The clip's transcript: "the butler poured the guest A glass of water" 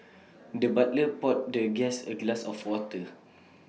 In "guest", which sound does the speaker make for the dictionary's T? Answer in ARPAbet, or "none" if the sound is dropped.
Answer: none